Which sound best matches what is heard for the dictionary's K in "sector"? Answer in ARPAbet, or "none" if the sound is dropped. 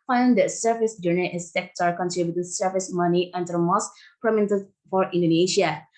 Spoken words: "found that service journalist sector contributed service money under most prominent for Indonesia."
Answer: K